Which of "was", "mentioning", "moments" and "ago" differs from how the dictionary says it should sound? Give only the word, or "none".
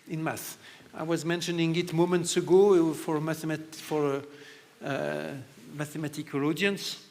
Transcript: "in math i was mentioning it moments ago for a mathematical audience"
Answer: none